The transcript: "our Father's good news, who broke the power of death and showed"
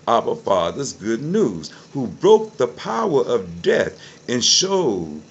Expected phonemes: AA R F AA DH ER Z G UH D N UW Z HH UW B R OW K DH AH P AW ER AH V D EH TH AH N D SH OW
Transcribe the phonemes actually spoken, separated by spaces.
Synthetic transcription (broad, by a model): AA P F AA DH ER Z G UH D N UW Z HH UW B R OW K DH AH P AW ER AH V D EH TH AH N SH OW